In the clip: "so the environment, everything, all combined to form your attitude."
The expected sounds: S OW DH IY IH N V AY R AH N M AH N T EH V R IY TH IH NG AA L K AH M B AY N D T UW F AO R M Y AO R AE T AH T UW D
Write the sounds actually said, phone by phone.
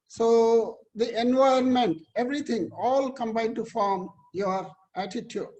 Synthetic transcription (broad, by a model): S OW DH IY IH N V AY AH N M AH N T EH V R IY T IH NG AA L K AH M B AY D T UW F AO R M Y AO R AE T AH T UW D